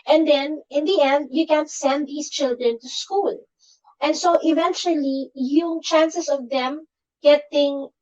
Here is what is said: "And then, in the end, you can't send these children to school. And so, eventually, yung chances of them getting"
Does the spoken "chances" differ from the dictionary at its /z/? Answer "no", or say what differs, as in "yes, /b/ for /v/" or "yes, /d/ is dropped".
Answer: yes, /s/ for /z/